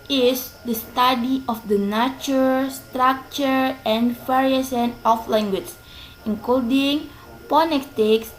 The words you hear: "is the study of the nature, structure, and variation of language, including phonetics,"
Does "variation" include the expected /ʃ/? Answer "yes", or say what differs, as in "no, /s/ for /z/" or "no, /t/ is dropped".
no, /s/ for /ʃ/